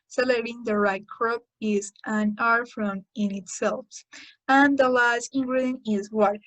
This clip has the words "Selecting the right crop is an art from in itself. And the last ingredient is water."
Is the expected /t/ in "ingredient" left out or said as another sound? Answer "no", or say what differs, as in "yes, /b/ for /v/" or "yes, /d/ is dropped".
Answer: yes, /t/ is dropped